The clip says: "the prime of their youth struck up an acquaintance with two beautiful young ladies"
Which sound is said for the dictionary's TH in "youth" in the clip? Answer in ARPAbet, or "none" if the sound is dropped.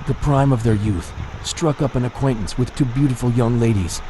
TH